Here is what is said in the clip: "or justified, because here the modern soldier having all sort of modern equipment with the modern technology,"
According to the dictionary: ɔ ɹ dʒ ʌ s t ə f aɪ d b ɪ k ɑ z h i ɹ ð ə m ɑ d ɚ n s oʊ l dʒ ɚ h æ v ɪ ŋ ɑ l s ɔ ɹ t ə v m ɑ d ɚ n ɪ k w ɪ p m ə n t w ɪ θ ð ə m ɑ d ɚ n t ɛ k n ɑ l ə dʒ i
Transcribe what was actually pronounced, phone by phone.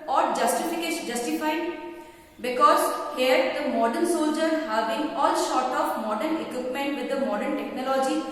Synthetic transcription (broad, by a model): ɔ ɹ dʒ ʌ s t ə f aɪ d b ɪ k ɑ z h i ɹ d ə m ɑ d ɚ n s oʊ l dʒ ɚ h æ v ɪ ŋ ɑ l ʃ ɔ ɹ t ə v m ɑ d ɚ n ɪ k w ɪ p m ə n t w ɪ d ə m ɑ d ɚ n t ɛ k n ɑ l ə dʒ i